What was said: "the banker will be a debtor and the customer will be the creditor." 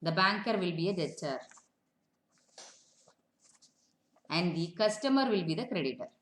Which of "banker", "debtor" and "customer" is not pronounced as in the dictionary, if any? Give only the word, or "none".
debtor